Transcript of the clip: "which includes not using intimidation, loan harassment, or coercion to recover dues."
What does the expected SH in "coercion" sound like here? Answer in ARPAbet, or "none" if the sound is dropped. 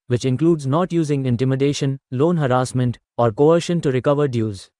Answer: SH